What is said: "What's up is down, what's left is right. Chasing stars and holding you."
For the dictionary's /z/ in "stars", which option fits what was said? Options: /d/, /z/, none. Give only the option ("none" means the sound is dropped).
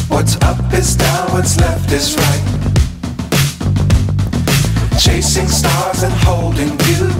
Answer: /z/